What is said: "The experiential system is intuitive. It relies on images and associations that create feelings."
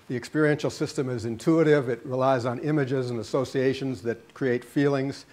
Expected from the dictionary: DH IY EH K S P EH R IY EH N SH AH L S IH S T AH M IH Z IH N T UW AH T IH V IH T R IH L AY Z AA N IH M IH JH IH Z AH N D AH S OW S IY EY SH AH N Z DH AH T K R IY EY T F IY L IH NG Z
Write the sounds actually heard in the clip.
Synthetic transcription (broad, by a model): DH IY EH K S P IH R IY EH N SH L S IH S T AH M IH Z IH N T UW AH T IH V IH T R IH L AY Z N IH M IH JH IH Z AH N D AH S OW S IY EY SH AH N Z DH AH T K R IY EY T F IY L IH NG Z